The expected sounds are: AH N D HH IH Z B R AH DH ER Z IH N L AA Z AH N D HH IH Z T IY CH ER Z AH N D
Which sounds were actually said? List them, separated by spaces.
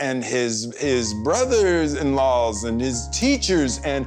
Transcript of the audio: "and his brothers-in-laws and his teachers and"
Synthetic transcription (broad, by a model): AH N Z HH IH Z B R AH DH ER Z IH N L AA Z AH N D IH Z T IY CH ER Z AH N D